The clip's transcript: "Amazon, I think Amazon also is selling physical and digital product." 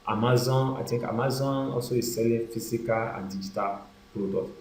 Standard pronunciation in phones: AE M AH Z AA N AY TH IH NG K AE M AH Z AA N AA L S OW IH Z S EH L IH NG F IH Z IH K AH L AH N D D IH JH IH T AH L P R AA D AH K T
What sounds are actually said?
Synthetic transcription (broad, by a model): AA M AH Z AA N AY T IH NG K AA M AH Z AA N AA L S OW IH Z S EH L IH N F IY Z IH K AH L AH N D D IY JH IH T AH L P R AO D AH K